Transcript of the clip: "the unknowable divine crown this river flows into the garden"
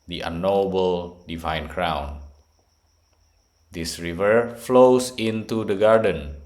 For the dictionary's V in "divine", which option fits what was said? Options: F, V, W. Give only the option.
V